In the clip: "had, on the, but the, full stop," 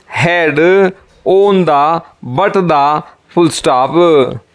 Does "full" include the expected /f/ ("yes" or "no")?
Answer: no